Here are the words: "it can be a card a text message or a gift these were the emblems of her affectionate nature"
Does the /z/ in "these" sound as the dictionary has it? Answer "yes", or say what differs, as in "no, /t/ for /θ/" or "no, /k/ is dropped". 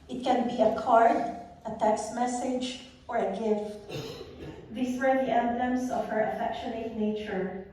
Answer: no, /s/ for /z/